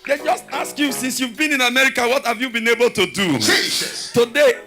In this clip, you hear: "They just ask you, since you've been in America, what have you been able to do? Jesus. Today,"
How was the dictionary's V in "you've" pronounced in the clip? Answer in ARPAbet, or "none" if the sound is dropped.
V